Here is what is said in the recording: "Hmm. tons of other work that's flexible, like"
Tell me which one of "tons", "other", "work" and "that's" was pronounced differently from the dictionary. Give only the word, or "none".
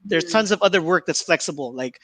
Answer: none